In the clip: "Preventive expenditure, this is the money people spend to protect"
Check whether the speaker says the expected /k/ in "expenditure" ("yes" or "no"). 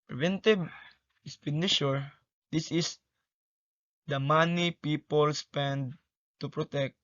no